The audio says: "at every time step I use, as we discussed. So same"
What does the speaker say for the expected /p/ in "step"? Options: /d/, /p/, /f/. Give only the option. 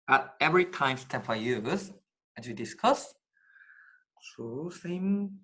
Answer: /f/